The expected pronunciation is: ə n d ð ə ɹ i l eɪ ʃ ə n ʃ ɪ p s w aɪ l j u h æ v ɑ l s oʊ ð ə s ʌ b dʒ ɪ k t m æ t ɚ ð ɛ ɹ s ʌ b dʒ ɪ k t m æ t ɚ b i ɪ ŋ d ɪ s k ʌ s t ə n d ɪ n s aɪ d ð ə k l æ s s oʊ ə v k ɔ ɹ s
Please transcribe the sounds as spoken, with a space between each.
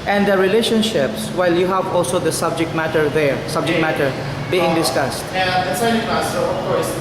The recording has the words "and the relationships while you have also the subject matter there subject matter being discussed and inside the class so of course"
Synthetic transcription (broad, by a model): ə n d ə ɹ i l eɪ ʃ ə n ʃ ɪ p s w aɪ l j u h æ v ɑ l s oʊ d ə s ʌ b dʒ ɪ k t m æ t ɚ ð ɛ ɹ s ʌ b dʒ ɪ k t m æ t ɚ b i ɪ ŋ d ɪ s k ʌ s t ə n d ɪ s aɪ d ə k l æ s s oʊ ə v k ɔ ɹ s